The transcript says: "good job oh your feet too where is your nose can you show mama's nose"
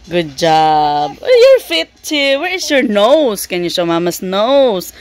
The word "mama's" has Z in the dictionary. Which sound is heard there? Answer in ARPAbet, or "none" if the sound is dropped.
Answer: S